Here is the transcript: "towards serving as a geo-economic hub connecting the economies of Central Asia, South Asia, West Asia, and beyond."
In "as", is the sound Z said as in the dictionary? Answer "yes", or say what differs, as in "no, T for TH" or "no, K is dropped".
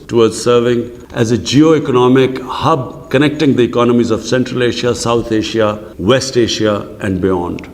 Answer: yes